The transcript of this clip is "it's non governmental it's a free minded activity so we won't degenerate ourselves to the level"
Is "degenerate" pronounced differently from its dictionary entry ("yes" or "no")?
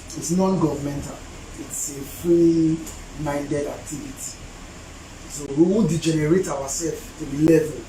no